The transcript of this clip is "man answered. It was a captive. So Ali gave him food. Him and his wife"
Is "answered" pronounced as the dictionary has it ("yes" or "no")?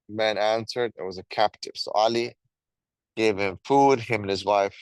yes